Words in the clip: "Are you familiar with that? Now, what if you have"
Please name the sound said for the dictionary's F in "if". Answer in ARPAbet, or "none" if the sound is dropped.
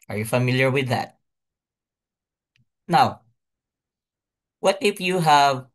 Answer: P